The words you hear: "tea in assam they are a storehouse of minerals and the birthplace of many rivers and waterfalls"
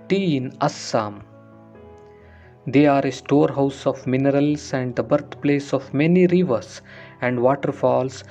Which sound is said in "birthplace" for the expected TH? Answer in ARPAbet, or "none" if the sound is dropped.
T